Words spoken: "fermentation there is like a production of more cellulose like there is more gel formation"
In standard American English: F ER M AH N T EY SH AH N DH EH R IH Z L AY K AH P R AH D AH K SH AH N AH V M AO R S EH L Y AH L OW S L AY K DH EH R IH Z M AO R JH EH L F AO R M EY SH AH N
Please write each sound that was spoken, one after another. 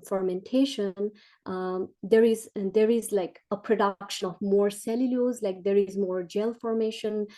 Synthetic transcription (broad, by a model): F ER M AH N T EY SH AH N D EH R IH Z L AY K AH P R AH D AH K SH AH N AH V M AO R S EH L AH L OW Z L AY K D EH R IH Z M AO R JH EH L F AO R M EY SH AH N